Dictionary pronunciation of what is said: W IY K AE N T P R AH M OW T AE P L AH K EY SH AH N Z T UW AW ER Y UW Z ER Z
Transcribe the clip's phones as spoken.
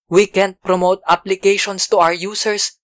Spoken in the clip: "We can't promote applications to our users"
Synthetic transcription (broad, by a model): W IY K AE N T P R AH M OW T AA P L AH K EY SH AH N S T UW AW ER Y UW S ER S